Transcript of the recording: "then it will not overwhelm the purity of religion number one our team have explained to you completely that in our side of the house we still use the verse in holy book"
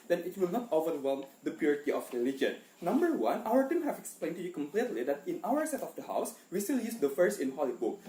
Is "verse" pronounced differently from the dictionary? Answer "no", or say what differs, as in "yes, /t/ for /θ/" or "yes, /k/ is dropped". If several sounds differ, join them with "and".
yes, /f/ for /v/